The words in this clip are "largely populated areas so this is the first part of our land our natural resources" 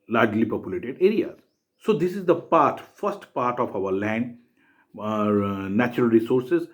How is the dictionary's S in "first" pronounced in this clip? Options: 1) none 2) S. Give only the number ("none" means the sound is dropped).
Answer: 2